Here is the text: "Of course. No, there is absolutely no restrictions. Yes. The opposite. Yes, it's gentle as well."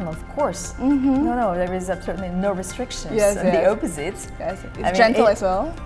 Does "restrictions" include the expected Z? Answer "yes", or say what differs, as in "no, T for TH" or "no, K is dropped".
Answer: no, Z is dropped